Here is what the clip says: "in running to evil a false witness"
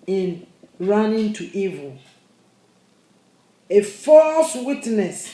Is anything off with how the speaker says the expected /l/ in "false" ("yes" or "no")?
no